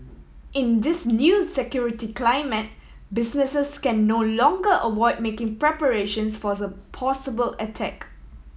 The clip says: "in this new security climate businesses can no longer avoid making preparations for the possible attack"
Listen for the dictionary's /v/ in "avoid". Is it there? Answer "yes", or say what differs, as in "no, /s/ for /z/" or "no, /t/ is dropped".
no, /w/ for /v/